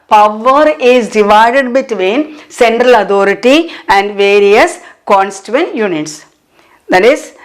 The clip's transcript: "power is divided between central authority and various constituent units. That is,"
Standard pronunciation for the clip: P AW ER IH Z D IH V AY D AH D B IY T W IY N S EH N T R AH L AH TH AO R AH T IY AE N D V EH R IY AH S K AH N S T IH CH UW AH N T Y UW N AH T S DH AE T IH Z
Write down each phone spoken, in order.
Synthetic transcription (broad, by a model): P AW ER IH Z D IH V AY D AH D B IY T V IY N S EH N T R AH L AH T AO R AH T IY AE N D V EH R IY AH S K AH N S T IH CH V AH N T Y UW N AH T S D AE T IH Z